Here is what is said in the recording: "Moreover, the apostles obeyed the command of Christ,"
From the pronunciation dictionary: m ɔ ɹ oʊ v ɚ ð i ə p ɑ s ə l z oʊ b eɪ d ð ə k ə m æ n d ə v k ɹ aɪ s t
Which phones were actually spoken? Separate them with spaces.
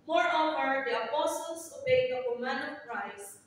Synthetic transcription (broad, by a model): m ɔ ɹ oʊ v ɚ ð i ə p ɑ s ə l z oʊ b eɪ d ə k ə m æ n ə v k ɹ aɪ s